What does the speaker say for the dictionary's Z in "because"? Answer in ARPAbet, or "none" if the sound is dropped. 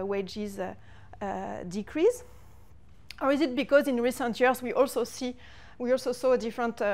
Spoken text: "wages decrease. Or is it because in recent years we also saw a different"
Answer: Z